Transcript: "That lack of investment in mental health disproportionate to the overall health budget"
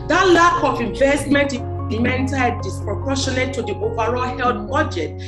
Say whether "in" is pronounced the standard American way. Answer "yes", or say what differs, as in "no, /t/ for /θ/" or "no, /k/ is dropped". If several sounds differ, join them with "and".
no, /l/ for /n/